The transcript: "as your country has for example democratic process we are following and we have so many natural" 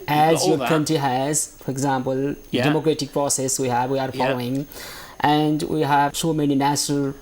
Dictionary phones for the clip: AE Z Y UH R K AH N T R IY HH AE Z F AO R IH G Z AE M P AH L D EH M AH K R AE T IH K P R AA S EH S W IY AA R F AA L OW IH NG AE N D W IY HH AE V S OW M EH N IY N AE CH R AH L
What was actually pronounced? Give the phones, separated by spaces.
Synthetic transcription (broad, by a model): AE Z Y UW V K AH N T IY HH AE Z F AO R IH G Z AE M P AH L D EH M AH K R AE T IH K P R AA S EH S W IY AA R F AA L OW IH NG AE N D W IY HH AE V S OW M EH N IY N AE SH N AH L